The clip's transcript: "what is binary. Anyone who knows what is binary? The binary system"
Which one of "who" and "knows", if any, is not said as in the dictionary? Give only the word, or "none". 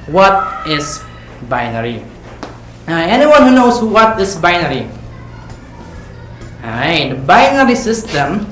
knows